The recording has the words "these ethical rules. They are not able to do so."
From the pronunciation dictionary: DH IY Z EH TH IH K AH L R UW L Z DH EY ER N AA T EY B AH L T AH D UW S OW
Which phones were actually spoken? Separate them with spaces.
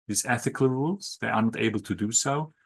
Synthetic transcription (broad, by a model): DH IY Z EH TH IH K AH L R UW L Z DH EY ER N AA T EY B AH L T AH D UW S OW